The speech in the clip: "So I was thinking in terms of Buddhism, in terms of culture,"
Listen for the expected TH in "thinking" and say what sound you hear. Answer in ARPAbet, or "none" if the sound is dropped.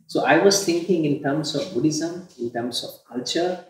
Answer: T